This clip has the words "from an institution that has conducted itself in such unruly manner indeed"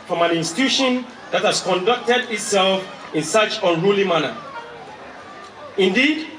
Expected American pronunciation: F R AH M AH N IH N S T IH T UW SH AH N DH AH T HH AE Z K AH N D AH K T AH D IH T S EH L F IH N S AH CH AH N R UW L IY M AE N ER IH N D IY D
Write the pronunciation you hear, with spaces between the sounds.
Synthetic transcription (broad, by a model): F R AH M AH N IH N S T IH T UW SH AH N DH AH T HH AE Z K AH N D AH K T AH D IH T S EH L F IH N S AH CH AH N R UW L IY M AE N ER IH N D IY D